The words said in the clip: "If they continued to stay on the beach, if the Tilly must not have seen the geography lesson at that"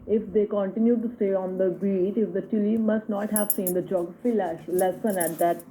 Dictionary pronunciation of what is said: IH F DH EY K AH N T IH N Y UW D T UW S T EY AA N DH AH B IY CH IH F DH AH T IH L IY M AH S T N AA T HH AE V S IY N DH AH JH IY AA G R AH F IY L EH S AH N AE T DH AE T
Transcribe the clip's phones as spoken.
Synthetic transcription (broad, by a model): IH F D EY K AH N T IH N Y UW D T UW S T EY AA N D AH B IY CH IH F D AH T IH L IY M AH S T N AA T HH AE V S IY N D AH JH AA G AH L L EH S AH N AE T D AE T